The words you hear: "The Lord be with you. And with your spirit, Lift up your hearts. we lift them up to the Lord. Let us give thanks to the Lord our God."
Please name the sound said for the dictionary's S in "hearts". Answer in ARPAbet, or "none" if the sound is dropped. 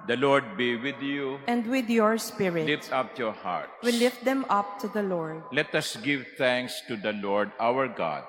none